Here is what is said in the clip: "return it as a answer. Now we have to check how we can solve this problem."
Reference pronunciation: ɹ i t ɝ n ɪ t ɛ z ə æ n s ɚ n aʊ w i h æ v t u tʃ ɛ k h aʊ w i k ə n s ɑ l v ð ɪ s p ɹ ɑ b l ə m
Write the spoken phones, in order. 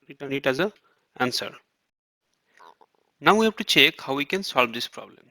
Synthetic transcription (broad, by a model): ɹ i t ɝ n ɪ t ɛ z ə æ n s ɚ n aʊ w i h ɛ p t u tʃ ɛ k h aʊ w i k ə n s ɑ l v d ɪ s p ɹ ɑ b l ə m